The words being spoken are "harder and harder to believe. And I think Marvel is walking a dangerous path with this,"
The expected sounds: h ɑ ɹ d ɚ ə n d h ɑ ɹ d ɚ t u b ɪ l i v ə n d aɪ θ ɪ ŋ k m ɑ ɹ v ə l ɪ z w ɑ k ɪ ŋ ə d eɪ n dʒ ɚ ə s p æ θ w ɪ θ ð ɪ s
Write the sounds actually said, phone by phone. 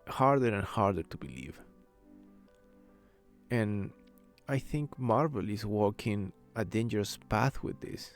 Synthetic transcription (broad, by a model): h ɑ ɹ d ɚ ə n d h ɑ ɹ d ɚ t u b ɪ l i v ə n aɪ θ ɪ ŋ k m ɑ ɹ v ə l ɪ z w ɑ k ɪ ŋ ə d eɪ n dʒ ɚ ə s p æ θ w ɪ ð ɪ s